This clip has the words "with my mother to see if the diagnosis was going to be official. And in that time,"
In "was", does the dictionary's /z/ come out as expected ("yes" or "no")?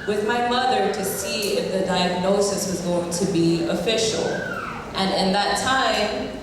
yes